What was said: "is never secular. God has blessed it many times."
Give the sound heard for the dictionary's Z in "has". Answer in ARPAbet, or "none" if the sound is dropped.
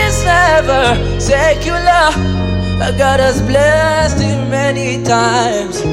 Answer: S